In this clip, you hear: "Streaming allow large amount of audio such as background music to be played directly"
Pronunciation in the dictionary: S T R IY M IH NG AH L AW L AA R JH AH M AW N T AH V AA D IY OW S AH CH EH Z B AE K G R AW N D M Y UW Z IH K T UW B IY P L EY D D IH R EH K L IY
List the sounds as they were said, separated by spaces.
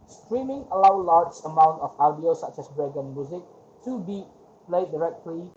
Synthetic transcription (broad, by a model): S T R IY M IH NG AH L AW L AA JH AH M AW N T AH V AA D IY OW S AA CH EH S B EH G AW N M Y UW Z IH K T UW B IY P L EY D D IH R EH K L IY